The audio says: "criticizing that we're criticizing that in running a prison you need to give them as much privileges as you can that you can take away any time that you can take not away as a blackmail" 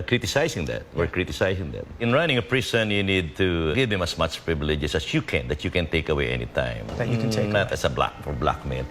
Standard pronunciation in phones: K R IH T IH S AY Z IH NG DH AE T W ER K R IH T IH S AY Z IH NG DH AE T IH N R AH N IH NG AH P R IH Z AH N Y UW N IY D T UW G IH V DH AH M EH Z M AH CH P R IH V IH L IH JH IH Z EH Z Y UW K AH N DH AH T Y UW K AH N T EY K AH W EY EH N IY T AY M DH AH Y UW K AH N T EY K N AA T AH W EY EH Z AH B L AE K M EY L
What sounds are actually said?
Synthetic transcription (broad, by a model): K R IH T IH S AY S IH NG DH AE T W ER K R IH T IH S AY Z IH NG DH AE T IH N R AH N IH NG AH P R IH S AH N Y UW N IY D T UW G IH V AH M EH S M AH CH P R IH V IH L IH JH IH S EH S Y UW K AH N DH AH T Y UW K AH N T EY K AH W EY EH N IY T AY M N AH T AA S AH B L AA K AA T B L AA K M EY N